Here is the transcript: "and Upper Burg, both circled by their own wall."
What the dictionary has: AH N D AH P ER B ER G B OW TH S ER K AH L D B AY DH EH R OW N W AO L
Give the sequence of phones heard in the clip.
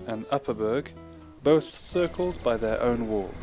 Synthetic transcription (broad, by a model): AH N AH P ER B ER G B OW TH S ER K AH L D B AY DH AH R OW N W AO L